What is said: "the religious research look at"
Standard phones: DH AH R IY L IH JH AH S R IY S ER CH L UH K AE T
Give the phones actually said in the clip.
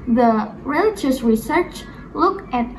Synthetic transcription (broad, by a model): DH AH R IY L IH JH AH S R IY S ER CH L UH K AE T